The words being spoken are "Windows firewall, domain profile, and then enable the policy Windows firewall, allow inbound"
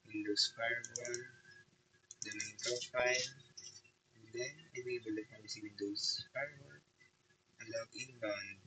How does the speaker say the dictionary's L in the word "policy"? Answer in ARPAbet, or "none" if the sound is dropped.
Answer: W